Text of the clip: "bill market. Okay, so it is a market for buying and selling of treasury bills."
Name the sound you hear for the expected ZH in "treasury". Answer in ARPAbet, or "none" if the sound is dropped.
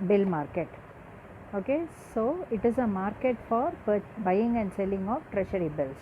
SH